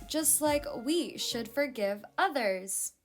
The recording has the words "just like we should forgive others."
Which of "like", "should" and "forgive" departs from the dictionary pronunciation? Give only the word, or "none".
none